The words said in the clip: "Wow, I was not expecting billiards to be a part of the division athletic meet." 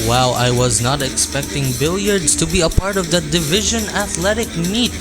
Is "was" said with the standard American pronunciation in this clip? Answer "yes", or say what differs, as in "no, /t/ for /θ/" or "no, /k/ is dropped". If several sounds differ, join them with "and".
yes